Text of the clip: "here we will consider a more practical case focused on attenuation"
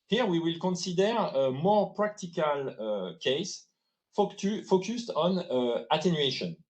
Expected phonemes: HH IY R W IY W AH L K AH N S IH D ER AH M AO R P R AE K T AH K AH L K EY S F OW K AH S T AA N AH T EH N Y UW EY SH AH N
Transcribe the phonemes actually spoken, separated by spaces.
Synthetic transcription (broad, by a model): HH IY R W IY W AH L K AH N S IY D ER AH M AO R P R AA K T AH K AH L K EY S F OW K AH S T AA N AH T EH N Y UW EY SH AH N